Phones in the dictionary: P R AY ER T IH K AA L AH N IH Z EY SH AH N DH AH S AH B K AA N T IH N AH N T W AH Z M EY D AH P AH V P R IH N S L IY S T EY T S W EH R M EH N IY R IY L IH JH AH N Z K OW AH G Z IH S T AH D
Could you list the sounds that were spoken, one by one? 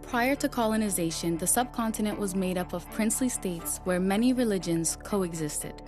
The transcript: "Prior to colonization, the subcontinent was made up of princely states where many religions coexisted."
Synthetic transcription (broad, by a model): P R AY ER T IH K AA L AH N IH Z EY SH AH N DH AH S AH B K AA N T IH N AH N T W AH Z M EY D AH P AH V P R IH N S L IY S T EY T S W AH R M EH N IY R IY L IH JH AH N Z K OW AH G Z IH S T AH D